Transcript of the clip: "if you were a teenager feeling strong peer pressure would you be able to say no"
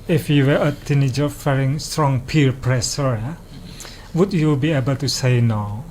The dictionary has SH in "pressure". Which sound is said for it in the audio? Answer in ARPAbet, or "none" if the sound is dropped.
S